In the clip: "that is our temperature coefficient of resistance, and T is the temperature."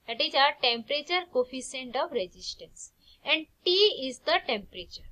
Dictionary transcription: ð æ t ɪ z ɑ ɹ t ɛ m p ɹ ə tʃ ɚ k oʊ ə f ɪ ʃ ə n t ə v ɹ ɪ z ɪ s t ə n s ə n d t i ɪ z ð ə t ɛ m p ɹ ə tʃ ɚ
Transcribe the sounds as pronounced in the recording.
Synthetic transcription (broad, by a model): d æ t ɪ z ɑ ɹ t ɛ m p ɹ ə tʃ ɚ k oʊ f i s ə n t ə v ɹ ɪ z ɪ s t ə n s ə n d t i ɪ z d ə t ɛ m p ɹ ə tʃ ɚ